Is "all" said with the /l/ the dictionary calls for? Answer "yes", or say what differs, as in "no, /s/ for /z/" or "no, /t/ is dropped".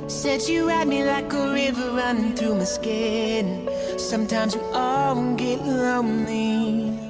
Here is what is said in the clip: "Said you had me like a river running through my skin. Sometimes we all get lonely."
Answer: no, /n/ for /l/